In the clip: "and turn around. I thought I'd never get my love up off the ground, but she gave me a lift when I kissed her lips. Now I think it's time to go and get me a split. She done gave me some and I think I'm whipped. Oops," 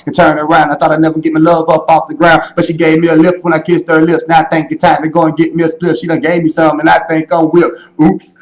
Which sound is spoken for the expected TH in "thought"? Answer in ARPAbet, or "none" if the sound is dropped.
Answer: TH